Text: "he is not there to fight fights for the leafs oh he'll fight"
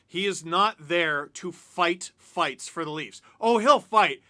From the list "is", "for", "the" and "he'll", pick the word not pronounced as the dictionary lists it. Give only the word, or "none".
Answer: none